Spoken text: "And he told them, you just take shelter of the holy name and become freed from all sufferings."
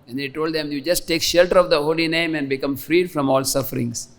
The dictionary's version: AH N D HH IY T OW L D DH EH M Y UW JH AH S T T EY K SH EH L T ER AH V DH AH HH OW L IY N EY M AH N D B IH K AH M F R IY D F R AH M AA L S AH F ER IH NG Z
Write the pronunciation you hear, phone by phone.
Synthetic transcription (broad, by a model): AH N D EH T OW L D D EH M Y UW JH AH S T T EY K SH EH L T ER AH V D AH HH OW L IY N EY M AH N D B IH K AH M F R IY D F R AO M AA L S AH F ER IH NG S